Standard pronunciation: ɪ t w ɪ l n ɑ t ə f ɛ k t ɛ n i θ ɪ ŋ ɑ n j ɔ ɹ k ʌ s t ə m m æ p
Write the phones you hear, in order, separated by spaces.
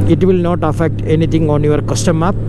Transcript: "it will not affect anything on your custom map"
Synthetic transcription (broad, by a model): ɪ t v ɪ l n ɑ t ə f ɛ k t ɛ n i t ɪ ŋ ɑ n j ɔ ɹ k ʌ s t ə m m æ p